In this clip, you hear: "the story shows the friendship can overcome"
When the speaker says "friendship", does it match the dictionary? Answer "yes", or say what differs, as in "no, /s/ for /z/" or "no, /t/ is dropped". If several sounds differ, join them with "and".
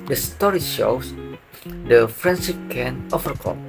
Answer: no, /s/ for /ʃ/